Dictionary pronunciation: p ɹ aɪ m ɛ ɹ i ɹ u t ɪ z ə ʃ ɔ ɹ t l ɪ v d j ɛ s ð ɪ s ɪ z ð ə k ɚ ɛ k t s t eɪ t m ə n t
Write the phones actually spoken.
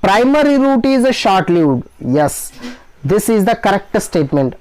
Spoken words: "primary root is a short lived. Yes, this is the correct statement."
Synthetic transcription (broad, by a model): p ɹ aɪ m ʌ ɹ i ɹ u t ɪ z ə ʃ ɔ ɹ t l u d j ɛ s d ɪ s ɪ z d ə k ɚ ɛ k t s t eɪ t m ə n t